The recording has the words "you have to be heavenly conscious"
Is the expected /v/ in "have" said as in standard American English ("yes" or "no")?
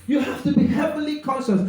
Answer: no